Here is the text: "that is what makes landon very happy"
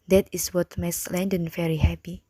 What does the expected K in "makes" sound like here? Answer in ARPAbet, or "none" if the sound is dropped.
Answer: none